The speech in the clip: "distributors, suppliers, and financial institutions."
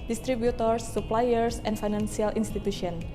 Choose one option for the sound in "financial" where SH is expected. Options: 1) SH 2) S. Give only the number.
2